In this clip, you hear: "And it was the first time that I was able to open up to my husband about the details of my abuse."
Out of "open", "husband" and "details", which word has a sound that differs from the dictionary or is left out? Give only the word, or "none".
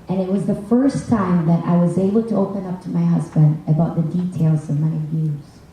none